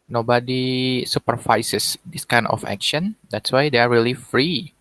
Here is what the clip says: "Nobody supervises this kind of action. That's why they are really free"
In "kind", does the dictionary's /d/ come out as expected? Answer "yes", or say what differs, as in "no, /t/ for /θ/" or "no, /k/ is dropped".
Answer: no, /d/ is dropped